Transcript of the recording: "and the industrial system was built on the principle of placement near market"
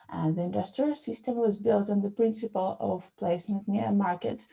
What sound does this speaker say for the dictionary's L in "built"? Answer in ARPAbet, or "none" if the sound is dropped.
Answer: L